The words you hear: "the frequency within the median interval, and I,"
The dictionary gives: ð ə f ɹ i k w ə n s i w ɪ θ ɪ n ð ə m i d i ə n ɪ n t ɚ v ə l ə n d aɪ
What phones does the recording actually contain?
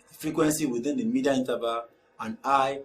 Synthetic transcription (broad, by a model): f ɹ i k w ə n s i w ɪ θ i n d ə m i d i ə i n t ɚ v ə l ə n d aɪ